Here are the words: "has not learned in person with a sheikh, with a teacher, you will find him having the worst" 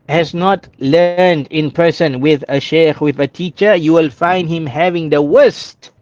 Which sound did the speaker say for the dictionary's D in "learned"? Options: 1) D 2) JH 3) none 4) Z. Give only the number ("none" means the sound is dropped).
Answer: 1